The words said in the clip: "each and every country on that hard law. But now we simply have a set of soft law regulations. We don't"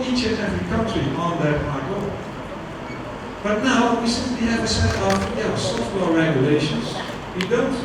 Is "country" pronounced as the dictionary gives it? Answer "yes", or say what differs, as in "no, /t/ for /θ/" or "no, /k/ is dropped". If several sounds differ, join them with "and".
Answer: no, /ɹ/ is dropped